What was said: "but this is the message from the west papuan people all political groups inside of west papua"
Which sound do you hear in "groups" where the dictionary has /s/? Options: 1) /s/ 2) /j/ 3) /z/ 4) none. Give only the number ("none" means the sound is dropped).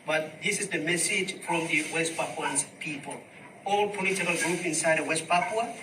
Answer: 4